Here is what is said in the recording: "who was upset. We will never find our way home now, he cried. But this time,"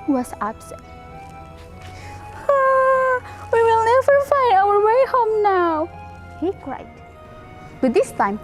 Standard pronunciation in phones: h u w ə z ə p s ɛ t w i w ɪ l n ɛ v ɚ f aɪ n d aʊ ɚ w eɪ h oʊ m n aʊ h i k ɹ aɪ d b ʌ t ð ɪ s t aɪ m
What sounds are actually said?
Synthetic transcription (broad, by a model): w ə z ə b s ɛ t w i w ɪ l n ɛ v ɚ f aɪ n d aʊ ɚ w eɪ h oʊ m n aʊ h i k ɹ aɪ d b ʌ t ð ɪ s t aɪ m